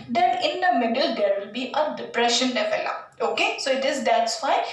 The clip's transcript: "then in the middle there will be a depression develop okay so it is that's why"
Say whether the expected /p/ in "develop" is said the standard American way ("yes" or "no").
no